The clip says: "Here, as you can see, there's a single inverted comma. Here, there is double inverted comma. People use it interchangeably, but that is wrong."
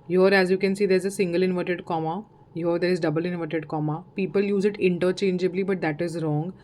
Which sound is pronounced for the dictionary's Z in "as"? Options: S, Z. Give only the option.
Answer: Z